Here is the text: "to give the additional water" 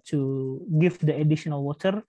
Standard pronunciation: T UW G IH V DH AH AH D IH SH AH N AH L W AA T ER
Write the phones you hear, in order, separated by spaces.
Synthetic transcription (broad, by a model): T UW G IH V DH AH AH D IH SH AH N AH L W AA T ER